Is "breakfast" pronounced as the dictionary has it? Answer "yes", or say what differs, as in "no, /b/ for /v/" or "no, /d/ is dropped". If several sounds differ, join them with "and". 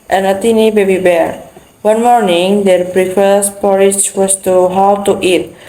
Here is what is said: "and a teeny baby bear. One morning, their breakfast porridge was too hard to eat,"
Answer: no, /k/ is dropped